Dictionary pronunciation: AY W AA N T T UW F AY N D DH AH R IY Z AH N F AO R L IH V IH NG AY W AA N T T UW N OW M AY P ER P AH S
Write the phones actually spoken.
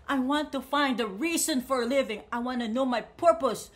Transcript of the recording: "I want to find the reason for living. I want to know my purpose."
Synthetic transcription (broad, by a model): AY W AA N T T UW F AY N D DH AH R IY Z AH N F AO R L IH V IH NG AY W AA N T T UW N OW M AY P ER P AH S